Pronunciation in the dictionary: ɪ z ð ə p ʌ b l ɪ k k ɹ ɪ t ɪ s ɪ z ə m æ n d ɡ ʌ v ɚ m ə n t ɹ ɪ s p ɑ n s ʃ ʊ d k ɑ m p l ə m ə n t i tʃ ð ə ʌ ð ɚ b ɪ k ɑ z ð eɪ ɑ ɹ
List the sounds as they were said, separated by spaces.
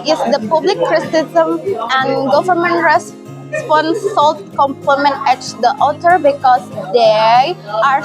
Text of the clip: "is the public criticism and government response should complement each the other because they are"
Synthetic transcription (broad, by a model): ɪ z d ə p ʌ b l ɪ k k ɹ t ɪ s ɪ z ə m æ n d ɡ ʌ v ɚ m ə n t ɹ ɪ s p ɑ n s s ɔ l k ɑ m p ə m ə n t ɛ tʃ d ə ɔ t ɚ b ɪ k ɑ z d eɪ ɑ ɹ